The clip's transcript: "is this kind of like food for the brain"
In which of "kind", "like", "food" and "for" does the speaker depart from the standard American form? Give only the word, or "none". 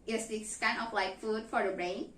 kind